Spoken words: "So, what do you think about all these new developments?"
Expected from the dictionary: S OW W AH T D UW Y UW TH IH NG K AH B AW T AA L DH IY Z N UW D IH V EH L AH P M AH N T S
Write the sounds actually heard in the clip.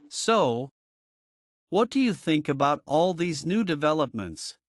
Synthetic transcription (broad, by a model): S OW W AH T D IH Y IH TH IH NG K AH B AW T AA L DH IY Z N UW D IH V EH L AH P M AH N T S